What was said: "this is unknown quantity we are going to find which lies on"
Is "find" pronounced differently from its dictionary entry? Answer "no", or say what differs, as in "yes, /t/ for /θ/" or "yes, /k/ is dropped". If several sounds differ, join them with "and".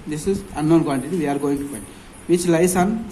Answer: yes, /p/ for /f/